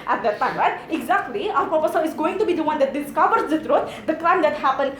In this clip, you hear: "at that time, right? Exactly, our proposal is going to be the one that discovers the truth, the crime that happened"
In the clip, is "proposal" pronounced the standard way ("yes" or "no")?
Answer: no